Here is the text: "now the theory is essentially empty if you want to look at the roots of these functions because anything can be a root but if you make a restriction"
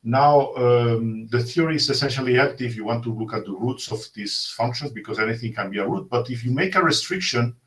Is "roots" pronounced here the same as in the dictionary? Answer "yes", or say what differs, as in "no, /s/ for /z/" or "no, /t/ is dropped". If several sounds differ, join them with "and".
yes